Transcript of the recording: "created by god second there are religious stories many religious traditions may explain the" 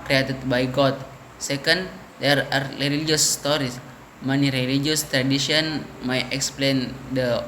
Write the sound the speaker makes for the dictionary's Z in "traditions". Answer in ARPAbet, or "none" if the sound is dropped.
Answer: none